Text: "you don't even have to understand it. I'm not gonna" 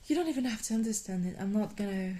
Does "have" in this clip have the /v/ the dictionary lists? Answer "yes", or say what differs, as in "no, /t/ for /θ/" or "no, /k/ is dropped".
no, /f/ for /v/